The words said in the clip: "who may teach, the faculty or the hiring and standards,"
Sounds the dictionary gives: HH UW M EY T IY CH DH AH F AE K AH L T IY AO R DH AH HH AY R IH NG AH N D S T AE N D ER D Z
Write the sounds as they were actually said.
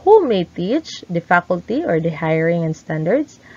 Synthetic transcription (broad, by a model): HH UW M EY T IY CH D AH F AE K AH L T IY AO R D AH HH AY R IH NG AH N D S T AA N D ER D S